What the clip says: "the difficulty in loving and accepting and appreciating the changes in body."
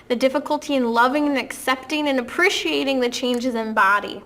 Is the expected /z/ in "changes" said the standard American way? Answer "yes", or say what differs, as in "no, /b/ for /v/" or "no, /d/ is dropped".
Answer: yes